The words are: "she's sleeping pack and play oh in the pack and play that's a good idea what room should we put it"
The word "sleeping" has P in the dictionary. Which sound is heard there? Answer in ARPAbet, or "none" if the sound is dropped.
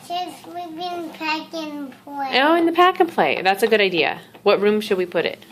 B